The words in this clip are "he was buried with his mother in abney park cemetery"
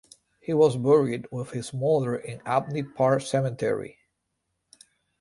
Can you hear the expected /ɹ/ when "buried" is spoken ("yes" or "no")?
yes